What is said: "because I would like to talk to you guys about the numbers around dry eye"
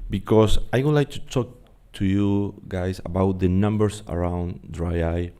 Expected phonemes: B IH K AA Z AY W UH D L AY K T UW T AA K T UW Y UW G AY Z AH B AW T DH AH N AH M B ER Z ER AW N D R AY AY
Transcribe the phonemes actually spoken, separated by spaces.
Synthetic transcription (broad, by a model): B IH K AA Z AY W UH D L AY K T UW T AA K T UW Y UW G AY S AH B AW T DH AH N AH M B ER S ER AW N D R AY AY